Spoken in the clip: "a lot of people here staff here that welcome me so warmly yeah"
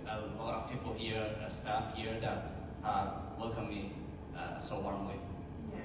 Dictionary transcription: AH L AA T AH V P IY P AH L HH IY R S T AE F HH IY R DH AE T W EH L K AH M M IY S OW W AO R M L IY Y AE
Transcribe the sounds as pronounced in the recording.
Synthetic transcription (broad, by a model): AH L AA T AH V P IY P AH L HH IY R S T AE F HH IY R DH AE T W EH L K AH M M IY S OW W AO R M W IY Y